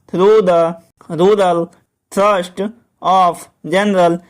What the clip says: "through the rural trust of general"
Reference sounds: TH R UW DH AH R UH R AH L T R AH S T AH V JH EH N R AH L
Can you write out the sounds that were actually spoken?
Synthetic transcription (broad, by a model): R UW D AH R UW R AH L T R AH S T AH P JH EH N R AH L